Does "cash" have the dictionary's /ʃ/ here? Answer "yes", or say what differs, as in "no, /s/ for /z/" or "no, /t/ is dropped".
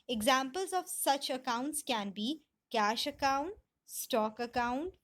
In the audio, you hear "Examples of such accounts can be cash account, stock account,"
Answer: yes